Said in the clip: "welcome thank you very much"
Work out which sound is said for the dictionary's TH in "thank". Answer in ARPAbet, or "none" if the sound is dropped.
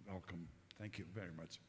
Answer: TH